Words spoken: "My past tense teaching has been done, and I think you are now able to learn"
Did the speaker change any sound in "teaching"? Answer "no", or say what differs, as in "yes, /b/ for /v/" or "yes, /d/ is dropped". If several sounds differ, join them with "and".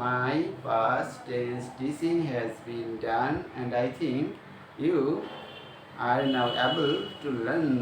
yes, /s/ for /tʃ/